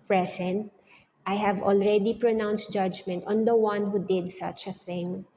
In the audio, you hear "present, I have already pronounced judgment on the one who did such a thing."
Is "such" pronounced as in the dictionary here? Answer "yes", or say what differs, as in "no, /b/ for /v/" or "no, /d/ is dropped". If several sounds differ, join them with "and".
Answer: yes